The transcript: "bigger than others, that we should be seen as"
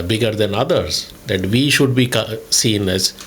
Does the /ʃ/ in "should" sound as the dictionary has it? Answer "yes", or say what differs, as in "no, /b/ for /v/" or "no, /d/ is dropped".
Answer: yes